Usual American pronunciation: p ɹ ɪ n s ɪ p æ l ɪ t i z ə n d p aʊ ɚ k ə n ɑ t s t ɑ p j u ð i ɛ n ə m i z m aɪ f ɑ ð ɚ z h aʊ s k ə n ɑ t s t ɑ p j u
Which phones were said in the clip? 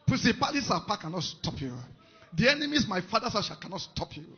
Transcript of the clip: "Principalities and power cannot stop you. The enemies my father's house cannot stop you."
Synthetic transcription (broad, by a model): p ɹ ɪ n s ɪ p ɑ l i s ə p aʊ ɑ k ə n ɑ t s t ɑ p j u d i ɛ n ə m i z m aɪ f ɑ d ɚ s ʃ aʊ k ə n ɑ t s t ɑ p j u